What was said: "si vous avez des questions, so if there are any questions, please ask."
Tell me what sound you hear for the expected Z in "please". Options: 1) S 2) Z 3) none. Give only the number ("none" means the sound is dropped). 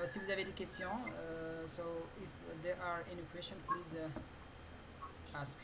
2